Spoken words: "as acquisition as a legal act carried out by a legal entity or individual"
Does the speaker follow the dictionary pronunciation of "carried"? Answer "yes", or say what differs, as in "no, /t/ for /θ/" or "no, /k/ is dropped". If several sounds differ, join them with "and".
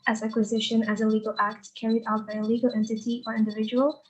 yes